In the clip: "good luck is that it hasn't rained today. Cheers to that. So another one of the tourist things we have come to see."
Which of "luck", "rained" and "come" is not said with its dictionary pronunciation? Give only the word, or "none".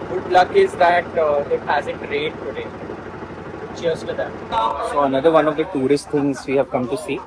rained